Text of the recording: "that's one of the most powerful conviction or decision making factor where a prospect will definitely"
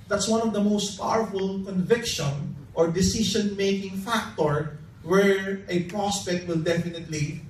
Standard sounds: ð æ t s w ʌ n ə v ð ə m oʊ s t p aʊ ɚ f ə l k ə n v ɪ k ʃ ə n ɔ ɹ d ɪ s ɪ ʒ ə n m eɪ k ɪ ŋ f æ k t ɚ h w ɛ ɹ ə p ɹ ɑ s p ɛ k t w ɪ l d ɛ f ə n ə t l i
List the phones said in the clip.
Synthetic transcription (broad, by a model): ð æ t s w ʌ n ə v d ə m oʊ s t p aʊ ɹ f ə l k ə n v ɪ k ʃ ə n ɔ ɹ d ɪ s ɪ ʃ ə n m eɪ k ɪ ŋ f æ k t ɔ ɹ w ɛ ɹ ə p ɹ ɑ s p ɛ k t w ɪ l d ɛ f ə n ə t l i